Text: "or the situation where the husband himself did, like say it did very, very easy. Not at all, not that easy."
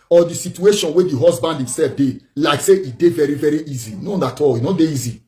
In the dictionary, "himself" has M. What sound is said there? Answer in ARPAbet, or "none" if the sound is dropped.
M